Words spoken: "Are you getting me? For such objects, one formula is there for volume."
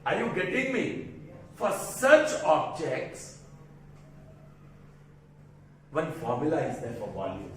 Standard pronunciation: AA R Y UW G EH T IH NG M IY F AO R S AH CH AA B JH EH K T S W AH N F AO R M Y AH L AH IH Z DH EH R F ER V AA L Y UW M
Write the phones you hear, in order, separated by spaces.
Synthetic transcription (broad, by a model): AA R Y UW G EH T IH NG M IY F AO R S AH CH AA B JH EH K T S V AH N F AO R M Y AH L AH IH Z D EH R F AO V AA L Y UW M